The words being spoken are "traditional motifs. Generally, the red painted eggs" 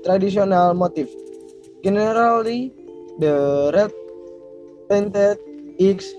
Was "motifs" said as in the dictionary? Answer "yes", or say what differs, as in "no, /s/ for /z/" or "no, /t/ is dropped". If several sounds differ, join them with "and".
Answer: no, /s/ is dropped